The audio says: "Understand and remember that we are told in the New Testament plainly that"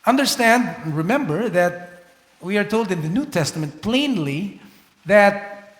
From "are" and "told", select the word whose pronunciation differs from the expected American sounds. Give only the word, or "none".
none